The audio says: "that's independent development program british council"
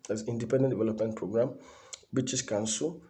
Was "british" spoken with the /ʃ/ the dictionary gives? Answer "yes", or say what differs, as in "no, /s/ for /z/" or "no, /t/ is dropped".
no, /s/ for /ʃ/